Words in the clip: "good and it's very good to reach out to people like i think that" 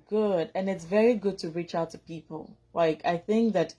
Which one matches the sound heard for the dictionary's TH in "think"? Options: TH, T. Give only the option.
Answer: TH